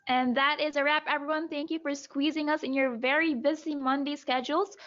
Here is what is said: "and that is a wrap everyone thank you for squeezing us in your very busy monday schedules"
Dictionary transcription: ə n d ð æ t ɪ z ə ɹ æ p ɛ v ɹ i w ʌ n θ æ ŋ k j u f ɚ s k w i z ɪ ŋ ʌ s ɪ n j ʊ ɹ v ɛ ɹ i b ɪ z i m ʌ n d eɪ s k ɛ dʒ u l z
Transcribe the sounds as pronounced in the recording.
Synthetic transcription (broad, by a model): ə n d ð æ t ɪ z ə ɹ æ p ɛ v ɹ i w ʌ n θ æ ŋ k j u f ɚ s k w i z ɪ ŋ ʌ s ɪ n j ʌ ɹ v ɛ ɹ i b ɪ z i m ʌ n d eɪ s k ɛ dʒ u l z